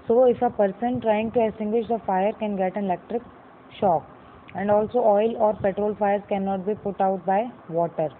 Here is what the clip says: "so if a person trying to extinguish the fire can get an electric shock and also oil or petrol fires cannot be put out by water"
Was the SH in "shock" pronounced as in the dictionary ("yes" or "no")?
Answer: yes